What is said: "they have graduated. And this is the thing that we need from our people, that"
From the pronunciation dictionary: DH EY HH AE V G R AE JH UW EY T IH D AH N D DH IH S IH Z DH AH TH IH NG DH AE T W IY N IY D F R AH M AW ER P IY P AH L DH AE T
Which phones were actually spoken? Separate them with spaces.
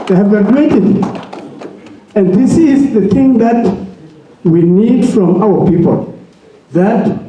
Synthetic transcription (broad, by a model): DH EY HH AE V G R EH UW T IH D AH N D DH IH S IH Z DH AH TH IH NG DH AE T W IY N IY D F R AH M AW ER P IY P AH L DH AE T